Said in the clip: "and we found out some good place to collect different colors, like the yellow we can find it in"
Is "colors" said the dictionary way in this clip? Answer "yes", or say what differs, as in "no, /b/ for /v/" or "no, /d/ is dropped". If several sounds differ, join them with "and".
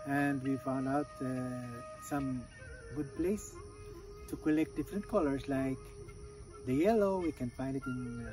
no, /s/ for /z/